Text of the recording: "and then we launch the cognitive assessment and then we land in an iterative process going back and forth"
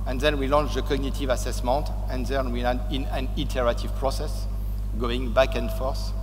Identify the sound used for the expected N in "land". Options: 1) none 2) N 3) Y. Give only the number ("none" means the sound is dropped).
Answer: 1